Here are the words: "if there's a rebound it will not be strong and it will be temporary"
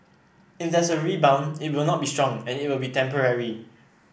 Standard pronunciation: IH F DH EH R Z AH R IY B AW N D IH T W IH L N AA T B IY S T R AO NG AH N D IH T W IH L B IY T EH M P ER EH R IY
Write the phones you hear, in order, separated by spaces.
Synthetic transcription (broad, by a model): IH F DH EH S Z AH R IY B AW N IH T W IH L N AA T B IY S T R AO NG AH N IH T W IH L B IY T EH M P ER EH R IY